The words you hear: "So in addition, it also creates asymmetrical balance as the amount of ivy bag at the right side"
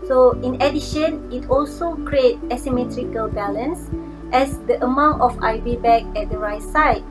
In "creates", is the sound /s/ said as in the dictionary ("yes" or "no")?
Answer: no